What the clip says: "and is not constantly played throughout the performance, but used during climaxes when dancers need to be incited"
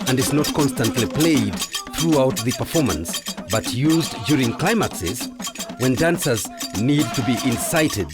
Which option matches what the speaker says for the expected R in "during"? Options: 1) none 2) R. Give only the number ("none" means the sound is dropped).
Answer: 2